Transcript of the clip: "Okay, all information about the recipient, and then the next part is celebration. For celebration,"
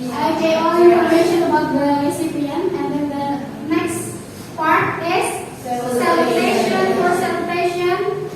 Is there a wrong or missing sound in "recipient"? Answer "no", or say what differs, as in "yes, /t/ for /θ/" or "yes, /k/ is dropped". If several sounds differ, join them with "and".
yes, /t/ is dropped